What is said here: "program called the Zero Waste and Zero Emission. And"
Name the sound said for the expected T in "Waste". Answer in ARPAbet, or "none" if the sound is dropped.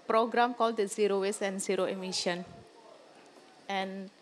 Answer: none